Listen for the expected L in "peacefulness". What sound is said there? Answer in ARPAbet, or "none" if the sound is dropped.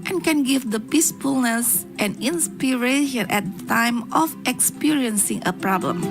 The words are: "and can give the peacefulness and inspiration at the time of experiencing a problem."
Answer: L